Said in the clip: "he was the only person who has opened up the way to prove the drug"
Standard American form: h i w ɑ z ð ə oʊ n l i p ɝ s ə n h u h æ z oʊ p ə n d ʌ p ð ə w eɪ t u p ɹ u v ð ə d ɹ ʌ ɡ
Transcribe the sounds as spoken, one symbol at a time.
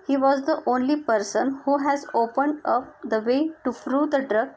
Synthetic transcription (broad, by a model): h i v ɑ z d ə oʊ n l i p ɝ s ə n h u h æ z oʊ p ə n d ʌ p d ə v eɪ t u f ɹ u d ə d ɹ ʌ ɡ